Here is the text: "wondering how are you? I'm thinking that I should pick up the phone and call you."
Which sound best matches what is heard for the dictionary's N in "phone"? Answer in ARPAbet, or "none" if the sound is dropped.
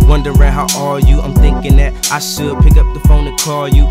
N